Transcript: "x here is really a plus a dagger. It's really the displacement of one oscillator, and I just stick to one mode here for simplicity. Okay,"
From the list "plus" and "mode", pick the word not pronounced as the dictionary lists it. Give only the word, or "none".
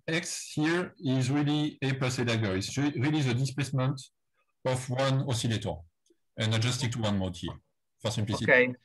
plus